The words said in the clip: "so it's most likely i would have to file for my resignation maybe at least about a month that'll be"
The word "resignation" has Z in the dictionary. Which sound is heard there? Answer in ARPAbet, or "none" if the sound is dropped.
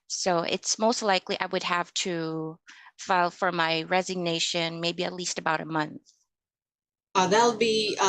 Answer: Z